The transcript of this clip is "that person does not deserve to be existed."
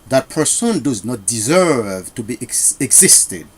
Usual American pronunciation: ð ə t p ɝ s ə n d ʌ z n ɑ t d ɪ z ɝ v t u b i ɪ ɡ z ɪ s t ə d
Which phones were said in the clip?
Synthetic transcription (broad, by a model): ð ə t p ɝ s ə n d ʌ z n ɑ t d ɪ z ɝ v t u b i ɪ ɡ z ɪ s t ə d